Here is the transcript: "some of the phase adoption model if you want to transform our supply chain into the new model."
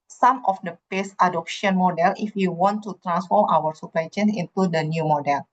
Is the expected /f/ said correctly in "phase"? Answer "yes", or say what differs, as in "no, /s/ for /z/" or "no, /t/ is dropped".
no, /p/ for /f/